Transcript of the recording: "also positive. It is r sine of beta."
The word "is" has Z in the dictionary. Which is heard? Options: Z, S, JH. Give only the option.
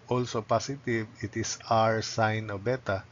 S